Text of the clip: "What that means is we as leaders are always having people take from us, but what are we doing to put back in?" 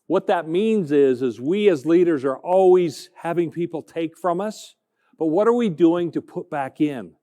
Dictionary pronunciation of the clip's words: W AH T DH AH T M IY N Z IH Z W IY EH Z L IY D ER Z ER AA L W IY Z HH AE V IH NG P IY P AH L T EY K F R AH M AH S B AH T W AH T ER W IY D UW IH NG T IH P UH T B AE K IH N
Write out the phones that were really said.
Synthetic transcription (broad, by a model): W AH T DH AH T M IY N Z IH Z W IY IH Z L IY D ER Z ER AA L W IY Z HH AE V IH NG P IY P L T EY K F R AH M AH S B AH T W AH T ER W IY D UW IH NG T IH P UH T B AE K IH N